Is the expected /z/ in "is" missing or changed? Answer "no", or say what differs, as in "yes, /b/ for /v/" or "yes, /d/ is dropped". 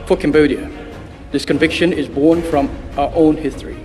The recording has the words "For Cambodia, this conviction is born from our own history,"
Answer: no